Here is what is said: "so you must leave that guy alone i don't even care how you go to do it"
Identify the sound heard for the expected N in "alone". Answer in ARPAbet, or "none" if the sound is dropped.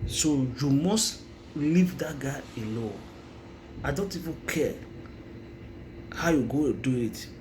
none